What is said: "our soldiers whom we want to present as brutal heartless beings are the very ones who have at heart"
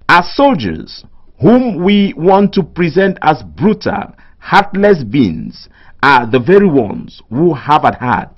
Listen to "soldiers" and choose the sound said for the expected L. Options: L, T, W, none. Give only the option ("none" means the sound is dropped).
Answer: L